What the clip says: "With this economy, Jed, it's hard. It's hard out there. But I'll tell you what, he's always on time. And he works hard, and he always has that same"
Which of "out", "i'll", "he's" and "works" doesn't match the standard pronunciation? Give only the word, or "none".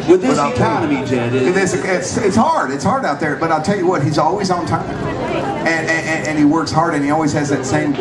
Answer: none